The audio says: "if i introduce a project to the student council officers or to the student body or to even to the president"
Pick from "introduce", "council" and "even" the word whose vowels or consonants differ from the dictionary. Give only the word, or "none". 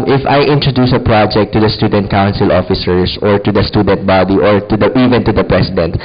none